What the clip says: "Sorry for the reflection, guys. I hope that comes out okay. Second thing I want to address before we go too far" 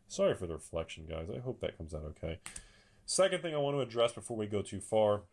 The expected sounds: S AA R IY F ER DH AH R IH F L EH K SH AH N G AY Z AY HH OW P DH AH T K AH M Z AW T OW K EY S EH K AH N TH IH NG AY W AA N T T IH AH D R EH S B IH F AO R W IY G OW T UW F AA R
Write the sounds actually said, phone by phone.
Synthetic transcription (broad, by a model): S AA R IY F ER DH AH R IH F L EH K SH N G AY Z AY HH OW P DH AH T K AH M Z AW T OW K EY S EH K AH N TH IH NG AY W AA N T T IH AH D R EH S B IH F AO R W IY G OW T UW F AA R